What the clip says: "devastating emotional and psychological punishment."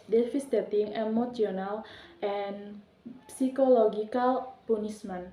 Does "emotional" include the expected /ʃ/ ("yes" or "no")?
no